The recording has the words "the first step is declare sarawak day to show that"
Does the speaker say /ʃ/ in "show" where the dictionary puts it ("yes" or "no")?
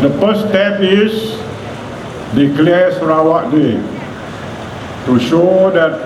yes